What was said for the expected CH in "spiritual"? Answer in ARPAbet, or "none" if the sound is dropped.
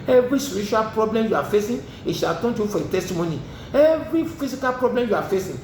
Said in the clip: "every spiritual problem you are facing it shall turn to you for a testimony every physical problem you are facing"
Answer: SH